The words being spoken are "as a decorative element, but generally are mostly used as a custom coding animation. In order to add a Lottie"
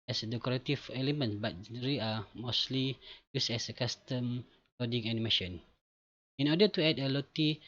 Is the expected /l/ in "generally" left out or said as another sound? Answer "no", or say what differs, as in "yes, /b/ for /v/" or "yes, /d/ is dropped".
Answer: yes, /l/ is dropped